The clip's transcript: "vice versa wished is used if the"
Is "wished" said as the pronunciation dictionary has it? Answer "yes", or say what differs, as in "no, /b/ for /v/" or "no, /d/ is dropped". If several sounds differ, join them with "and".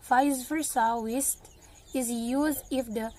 no, /s/ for /ʃ/